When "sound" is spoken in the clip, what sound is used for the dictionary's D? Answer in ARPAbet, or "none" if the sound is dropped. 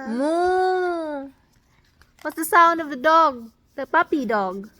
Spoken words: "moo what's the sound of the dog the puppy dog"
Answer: D